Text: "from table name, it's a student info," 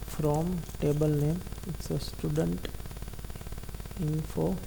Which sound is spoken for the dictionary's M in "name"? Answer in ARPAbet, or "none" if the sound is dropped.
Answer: M